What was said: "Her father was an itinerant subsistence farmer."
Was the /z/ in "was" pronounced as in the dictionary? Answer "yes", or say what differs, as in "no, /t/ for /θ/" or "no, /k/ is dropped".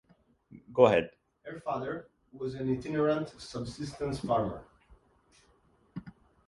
yes